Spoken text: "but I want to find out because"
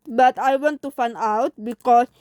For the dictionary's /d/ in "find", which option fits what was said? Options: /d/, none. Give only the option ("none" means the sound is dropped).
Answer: none